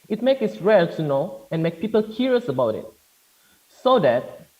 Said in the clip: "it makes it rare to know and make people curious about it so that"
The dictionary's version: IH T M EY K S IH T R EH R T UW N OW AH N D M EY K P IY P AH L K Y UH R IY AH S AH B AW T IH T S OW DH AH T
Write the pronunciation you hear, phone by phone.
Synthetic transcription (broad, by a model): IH T M EY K IH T R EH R T UW N OW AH N M EY K P IY P AH L K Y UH R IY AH S AH B AW T IH T S OW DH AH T